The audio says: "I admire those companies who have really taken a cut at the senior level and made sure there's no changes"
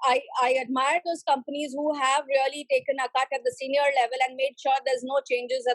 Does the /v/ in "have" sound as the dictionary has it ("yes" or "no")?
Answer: yes